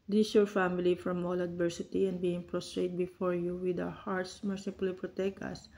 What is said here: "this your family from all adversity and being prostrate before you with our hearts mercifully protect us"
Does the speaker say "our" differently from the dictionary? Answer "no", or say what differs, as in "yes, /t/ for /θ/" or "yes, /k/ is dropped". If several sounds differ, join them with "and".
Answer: yes, /w/ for /ɹ/